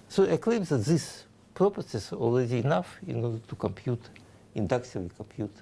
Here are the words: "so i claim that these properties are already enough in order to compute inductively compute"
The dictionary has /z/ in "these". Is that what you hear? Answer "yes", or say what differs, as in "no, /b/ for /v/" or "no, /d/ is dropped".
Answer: no, /s/ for /z/